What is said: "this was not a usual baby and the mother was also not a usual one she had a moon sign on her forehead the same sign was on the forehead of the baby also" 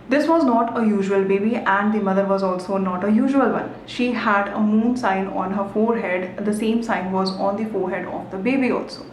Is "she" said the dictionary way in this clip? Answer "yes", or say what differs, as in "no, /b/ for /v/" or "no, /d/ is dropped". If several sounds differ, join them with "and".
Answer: yes